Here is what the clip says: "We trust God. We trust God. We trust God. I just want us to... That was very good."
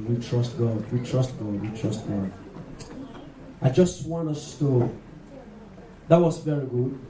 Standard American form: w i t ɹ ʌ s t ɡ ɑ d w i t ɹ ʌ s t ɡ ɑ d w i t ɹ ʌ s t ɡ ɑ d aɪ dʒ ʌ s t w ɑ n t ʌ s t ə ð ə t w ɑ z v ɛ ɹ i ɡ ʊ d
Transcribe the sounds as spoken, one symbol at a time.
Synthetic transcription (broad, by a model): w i t ɹ ʌ s t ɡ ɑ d w i t ɹ ʌ s t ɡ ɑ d w i t ɹ ʌ s t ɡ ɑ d aɪ dʒ ʌ s t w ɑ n ʌ s t ə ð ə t w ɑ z v ɛ ɹ i ɡ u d